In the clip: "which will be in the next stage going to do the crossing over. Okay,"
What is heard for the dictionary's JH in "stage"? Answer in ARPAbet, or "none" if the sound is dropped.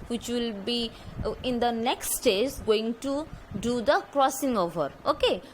Z